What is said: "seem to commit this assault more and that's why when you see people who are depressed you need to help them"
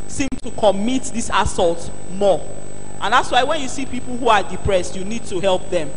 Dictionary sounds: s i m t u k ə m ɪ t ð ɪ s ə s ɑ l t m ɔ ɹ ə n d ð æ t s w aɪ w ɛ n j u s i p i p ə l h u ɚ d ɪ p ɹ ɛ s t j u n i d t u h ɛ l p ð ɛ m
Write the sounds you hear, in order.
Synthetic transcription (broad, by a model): s i m t u k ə m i t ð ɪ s ə s ɑ l t m ɔ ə n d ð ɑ t s w aɪ w ɛ n j u s i p i p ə l h u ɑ d ɪ p ɹ ɛ s t j u n i d t u h ɛ l p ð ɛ m